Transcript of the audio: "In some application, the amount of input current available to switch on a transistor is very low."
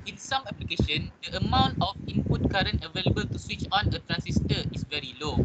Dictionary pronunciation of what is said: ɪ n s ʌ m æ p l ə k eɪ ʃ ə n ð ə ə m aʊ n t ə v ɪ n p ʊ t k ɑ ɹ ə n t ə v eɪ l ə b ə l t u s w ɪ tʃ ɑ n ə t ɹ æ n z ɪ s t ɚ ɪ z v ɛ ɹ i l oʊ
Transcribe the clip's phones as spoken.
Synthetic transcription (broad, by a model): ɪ n s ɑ m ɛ p l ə k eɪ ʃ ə n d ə ə m aʊ n t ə f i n p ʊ t k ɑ ɹ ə n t ə v eɪ l ə b ə l t u s w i tʃ ɑ n ə t ɹ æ n s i s t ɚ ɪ s v ɛ ɹ i l oʊ